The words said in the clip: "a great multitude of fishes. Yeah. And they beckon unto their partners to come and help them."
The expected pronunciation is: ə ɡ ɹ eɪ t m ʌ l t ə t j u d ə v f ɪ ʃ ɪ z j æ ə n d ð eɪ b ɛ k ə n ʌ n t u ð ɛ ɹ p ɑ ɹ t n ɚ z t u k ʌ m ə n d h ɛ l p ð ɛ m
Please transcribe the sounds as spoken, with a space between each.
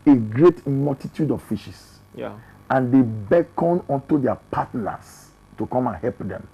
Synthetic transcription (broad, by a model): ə ɡ ɹ eɪ t m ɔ l t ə t j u d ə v f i ʃ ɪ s ə n d eɪ b ɛ k ə n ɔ n t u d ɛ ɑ p ɑ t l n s t u k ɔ m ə n h ɛ l p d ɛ m